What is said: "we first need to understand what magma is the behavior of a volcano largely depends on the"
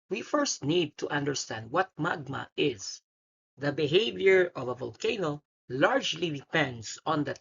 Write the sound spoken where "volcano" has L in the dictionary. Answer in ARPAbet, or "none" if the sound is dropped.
L